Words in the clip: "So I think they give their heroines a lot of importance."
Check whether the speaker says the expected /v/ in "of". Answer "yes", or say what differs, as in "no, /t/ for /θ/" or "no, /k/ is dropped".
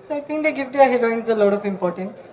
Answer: no, /p/ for /v/